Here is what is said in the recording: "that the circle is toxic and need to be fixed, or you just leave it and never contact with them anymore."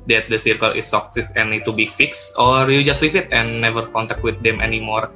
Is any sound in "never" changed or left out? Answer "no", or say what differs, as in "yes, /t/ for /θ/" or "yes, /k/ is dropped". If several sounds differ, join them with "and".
no